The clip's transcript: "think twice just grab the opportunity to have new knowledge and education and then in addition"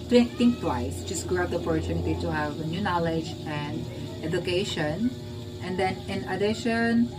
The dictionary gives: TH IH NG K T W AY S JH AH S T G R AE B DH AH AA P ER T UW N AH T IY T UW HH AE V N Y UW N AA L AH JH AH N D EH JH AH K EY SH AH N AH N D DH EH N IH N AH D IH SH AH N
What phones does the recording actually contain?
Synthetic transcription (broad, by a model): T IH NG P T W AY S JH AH S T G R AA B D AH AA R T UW N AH T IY T UW HH AE V N Y UW N AA L AH JH AH N D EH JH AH K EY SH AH N AH N D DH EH N IH N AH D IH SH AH N